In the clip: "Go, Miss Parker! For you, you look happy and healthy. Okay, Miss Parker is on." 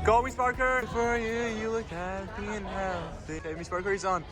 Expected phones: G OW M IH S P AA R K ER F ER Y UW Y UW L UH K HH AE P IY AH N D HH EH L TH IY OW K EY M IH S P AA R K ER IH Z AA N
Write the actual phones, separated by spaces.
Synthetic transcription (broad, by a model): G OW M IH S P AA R K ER F ER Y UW Y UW L UH K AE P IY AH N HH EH TH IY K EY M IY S P AA R K ER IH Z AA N